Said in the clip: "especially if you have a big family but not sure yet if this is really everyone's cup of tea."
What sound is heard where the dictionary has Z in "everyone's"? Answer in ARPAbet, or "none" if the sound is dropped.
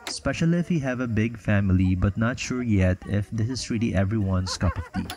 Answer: S